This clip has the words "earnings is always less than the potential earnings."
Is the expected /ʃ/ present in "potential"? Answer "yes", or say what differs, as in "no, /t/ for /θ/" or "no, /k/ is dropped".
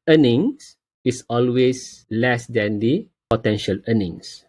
yes